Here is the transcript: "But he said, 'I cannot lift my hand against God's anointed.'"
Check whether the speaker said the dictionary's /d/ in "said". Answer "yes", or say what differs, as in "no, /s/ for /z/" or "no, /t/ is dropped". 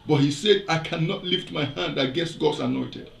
yes